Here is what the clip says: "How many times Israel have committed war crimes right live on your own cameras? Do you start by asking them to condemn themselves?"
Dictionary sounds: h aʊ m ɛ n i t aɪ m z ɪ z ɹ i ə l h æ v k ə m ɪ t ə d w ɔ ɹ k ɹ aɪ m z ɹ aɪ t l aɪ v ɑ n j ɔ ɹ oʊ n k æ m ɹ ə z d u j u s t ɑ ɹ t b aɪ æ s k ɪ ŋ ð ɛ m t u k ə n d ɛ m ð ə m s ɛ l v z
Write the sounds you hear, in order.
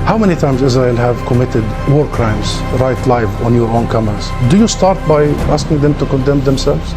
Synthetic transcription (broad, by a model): h aʊ m ɛ n i t aɪ m z ɪ z ɹ i ə l h æ v k ə m ɪ t ə d w ɔ ɹ k ɹ aɪ m z ɹ aɪ t l aɪ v ɑ n j ɔ ɹ oʊ n k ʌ m ə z d u j u s t ɑ ɹ t b aɪ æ s k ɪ ŋ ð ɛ m t u k ə n d ɛ m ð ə m s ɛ l v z